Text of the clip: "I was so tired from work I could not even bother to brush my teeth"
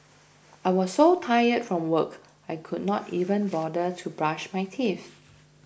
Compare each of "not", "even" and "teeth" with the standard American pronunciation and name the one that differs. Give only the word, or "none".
teeth